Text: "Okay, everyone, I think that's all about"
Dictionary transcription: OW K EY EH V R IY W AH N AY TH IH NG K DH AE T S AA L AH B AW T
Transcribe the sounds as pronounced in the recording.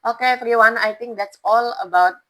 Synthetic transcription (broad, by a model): OW K EY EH F R IY W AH N AY T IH NG K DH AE T S AA L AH B AW T